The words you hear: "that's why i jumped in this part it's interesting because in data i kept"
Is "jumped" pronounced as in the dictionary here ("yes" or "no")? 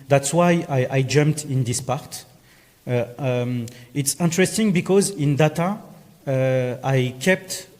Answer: yes